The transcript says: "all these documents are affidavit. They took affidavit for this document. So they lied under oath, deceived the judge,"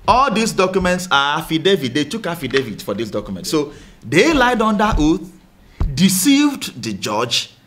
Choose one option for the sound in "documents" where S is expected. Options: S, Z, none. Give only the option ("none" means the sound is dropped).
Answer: S